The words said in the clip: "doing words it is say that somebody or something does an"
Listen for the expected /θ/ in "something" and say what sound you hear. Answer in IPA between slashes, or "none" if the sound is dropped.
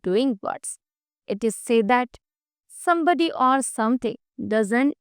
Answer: /t/